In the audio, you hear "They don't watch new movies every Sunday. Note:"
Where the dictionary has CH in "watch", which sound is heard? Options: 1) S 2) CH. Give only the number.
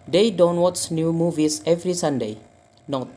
1